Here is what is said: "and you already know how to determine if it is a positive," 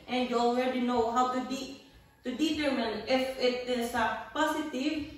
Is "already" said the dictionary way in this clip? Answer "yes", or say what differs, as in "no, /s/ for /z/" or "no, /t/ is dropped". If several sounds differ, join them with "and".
no, /w/ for /ɹ/